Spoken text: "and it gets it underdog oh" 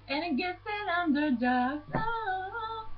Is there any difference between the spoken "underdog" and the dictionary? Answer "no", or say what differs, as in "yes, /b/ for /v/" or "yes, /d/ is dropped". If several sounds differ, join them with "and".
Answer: yes, /ɡ/ is dropped